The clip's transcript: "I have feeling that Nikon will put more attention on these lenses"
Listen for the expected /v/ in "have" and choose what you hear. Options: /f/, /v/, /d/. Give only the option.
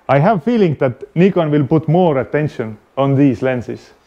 /v/